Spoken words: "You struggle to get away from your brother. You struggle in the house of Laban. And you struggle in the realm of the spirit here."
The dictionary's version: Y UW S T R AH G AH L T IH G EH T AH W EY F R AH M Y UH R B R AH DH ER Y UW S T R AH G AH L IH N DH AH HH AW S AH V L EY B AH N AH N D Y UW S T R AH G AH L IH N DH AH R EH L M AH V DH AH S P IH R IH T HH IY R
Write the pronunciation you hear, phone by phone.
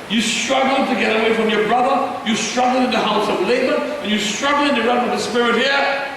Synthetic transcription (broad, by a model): Y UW S T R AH G L T IH G EH T AH W EY F R AH M Y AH R B R AH DH ER Y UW S T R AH G L IH N DH AH HH AW S AH V L EY B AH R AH N Y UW S T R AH G L IH N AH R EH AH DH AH S P IH R IH T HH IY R